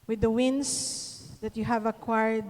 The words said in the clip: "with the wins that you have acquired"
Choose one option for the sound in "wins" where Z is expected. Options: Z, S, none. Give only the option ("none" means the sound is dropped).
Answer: S